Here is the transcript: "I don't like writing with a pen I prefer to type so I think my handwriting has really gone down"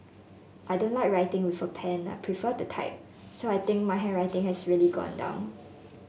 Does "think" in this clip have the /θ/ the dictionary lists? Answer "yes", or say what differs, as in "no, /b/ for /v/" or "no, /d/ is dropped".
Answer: no, /t/ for /θ/